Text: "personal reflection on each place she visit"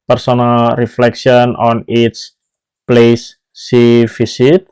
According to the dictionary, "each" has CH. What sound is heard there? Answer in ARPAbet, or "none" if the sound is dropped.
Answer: S